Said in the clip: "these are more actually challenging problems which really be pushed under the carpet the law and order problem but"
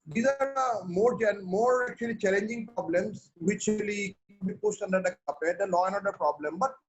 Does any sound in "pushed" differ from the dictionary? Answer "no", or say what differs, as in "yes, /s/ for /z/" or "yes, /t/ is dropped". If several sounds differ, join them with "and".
yes, /s/ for /ʃ/